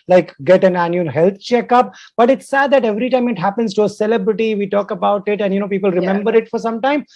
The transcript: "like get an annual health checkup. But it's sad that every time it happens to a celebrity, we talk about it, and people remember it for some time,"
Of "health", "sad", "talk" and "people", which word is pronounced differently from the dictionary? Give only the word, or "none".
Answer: health